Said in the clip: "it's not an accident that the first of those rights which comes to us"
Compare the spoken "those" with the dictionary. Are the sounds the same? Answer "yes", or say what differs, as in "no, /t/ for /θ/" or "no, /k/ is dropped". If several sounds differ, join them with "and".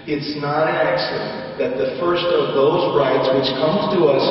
yes